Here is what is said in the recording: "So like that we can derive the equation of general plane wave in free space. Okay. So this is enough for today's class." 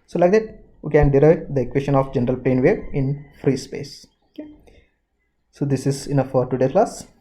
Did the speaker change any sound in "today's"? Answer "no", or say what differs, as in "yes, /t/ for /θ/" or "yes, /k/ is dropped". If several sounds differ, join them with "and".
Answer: yes, /z/ is dropped